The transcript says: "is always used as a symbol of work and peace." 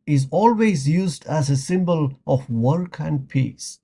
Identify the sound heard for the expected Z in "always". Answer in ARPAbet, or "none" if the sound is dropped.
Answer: Z